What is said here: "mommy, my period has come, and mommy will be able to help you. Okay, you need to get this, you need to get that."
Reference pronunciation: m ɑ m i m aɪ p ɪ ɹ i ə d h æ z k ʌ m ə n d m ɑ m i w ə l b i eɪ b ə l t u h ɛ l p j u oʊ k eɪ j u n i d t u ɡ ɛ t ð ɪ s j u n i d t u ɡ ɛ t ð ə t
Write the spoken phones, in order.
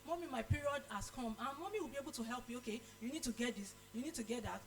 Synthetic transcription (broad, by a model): m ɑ m i m aɪ p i ɹ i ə d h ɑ s k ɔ m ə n m ɑ m i w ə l b i eɪ b ə l t u h ɛ l p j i oʊ k eɪ j u n i d t u ɡ ɛ t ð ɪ s j u n i d t u ɡ ɛ t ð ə t